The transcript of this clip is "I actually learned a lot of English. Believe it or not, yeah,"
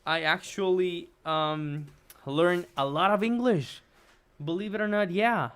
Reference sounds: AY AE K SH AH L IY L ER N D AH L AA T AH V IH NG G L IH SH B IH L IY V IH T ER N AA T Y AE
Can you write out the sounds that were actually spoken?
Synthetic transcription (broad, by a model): AY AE K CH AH L IY L ER N AH L AA T AH V IH NG G L IH SH B IH L IY V IH T ER N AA T Y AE